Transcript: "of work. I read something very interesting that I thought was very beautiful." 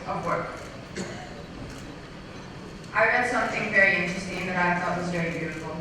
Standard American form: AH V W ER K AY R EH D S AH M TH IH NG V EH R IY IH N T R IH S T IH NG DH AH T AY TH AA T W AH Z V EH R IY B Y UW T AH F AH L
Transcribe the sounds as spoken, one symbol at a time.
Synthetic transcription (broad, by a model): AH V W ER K AY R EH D S AH M TH IH NG V EH R IY IH N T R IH S T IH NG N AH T AY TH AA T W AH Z V EH R IY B Y UW T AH F L